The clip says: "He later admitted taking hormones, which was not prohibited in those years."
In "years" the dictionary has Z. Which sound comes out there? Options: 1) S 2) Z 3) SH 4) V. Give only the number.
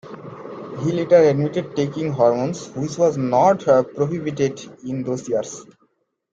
1